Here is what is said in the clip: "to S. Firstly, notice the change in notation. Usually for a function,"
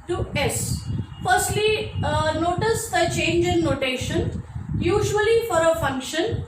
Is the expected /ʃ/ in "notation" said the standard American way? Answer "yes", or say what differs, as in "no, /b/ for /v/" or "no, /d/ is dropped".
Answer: yes